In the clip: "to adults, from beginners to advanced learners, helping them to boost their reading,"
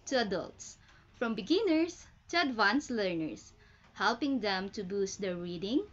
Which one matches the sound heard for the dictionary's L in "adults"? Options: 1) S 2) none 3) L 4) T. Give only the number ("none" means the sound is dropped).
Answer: 3